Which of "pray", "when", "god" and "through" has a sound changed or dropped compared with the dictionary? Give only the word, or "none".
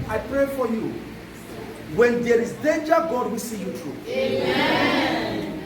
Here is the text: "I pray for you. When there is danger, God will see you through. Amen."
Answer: through